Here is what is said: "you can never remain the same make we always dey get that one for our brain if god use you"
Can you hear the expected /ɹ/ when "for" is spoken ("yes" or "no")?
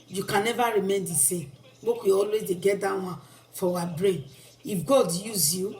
no